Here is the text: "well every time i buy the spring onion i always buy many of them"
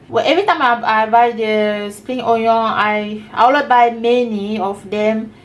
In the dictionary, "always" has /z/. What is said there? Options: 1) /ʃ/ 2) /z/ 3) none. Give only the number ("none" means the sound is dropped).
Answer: 3